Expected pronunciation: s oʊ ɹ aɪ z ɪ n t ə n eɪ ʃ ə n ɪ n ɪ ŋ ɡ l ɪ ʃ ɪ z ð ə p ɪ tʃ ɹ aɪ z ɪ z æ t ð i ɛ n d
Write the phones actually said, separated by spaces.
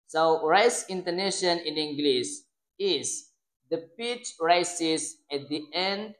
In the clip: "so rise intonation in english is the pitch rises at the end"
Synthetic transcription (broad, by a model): s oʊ ɹ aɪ s ɪ n t ə n eɪ ʃ ə n ɪ n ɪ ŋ ɡ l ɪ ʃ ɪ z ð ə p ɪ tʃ ɹ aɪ s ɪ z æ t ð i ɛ n d